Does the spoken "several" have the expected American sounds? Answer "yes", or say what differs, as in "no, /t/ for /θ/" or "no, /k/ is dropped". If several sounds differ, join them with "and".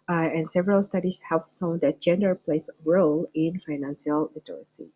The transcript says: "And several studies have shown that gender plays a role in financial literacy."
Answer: yes